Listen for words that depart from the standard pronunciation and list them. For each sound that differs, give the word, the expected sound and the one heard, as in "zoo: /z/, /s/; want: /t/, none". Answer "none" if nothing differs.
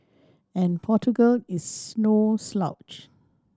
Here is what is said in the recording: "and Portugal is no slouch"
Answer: is: /z/, /s/